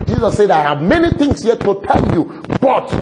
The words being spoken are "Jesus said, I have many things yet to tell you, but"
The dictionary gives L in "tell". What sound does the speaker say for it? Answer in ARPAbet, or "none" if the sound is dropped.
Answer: L